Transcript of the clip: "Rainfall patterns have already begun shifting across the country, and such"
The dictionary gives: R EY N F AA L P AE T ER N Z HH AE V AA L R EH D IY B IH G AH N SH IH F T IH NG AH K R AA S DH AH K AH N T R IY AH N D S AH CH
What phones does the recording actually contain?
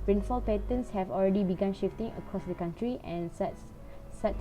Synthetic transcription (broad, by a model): R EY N F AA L P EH T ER N S HH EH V AA L R EH D IY B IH G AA N SH IH F T IH NG AH K R AA S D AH K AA N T R IY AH N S S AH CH